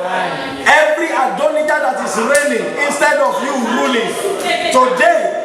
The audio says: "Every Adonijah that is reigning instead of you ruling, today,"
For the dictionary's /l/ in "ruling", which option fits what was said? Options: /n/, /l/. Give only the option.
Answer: /l/